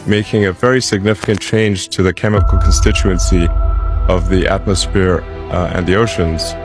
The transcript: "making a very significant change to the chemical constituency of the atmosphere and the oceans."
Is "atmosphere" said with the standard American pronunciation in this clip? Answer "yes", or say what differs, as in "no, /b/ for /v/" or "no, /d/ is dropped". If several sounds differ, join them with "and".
yes